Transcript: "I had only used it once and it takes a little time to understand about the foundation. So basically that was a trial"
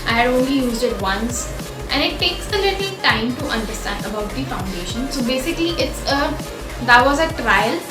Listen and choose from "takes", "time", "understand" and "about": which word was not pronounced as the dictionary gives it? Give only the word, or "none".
none